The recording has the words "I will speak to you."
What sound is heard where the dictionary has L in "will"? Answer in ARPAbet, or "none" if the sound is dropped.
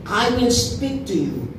N